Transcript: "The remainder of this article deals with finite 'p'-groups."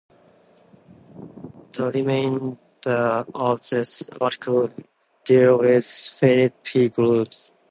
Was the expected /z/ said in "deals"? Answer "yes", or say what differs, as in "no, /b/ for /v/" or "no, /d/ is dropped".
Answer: no, /z/ is dropped